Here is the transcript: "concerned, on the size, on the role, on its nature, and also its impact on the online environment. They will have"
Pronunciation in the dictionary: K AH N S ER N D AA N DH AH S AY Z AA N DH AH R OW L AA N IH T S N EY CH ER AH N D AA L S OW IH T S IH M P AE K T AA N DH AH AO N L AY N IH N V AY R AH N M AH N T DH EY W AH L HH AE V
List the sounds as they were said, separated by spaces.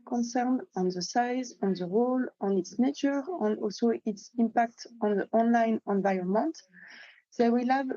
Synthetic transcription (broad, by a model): K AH N S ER N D AA N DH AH S AY Z AA N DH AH R OW L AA N IH T S N EY CH ER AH N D AA L S OW IH T S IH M P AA K T AA N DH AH AO N L AY N IH N V AY R AH N M AH N T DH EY W AH L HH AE V